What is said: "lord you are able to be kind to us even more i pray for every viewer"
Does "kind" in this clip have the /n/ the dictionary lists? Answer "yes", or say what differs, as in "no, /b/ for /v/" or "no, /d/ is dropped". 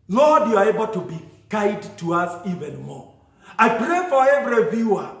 no, /n/ is dropped